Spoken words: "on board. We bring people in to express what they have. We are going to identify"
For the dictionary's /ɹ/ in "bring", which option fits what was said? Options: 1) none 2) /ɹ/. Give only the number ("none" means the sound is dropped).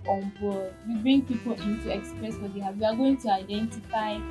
2